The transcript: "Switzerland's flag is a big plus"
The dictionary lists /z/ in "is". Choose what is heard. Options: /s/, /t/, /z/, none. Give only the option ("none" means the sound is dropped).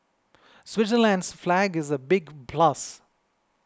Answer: /z/